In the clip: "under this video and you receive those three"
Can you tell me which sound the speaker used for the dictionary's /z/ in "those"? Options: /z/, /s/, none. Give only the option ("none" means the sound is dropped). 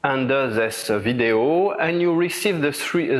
none